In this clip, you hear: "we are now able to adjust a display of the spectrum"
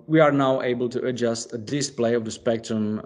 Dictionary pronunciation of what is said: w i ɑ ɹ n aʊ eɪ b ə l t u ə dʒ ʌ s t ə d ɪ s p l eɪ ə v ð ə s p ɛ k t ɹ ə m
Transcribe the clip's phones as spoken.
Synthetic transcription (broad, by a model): w i ɑ ɹ n aʊ eɪ b ə l t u ə dʒ ʌ s t ə d ɪ s p l eɪ ə v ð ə s p ɛ k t ɹ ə m